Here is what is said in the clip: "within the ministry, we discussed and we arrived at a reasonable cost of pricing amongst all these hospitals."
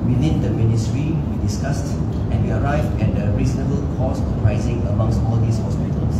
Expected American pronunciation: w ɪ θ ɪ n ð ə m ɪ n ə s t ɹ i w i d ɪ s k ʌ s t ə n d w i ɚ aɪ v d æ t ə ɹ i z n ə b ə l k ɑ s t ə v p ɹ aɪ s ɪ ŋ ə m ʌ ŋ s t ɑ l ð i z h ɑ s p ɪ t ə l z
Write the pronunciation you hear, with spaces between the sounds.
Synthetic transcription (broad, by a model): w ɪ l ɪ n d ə m ɪ n ə s t ɹ i w i d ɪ s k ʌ s t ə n w i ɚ aɪ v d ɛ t ə ɹ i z n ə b ə l k ɑ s ə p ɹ aɪ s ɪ ŋ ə m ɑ ŋ s t ɑ l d i s h ɑ s p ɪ t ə l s